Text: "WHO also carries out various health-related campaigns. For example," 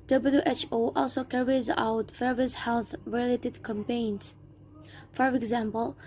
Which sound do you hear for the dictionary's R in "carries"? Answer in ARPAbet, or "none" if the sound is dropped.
R